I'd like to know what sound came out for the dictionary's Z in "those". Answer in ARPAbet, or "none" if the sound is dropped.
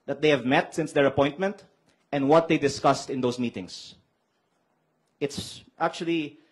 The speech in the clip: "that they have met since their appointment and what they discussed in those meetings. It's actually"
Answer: S